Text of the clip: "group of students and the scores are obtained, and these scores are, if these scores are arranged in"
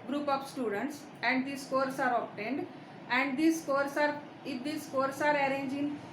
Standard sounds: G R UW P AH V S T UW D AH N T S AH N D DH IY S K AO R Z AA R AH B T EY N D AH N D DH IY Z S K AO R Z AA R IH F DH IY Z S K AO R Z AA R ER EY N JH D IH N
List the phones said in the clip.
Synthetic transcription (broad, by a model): G R UW P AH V S T UW D AH N T S AH N D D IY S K AO R S AA R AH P T EY N D AH N D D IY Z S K AO R S AA R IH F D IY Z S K AO R S AA R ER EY N JH IH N